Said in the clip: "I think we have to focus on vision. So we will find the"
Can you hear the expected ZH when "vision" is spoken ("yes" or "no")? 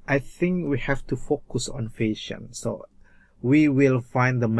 no